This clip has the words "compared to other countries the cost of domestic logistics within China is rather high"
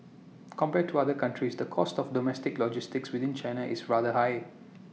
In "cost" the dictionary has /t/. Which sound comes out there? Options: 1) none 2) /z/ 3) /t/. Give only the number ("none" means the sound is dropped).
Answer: 3